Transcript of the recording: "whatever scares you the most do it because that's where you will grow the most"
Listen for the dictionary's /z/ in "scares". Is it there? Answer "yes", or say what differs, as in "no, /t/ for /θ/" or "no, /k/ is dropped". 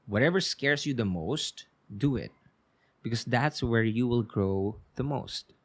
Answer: no, /s/ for /z/